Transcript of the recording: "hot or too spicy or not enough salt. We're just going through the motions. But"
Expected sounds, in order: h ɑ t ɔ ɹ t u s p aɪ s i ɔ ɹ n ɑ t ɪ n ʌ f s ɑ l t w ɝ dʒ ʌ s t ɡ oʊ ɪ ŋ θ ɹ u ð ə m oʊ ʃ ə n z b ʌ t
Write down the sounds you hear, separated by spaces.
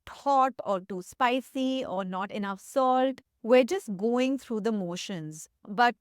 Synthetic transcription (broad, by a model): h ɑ t ɔ ɹ t u s p aɪ s i ɔ ɹ n ɑ t ɪ n ʌ f s ɑ l t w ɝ dʒ ʌ s t ɡ oʊ ɪ ŋ t ɹ u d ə m oʊ ʃ ə n z b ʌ t